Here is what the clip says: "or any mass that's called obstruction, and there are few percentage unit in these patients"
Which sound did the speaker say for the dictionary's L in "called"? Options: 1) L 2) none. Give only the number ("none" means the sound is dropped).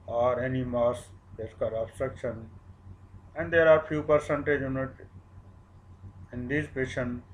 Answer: 2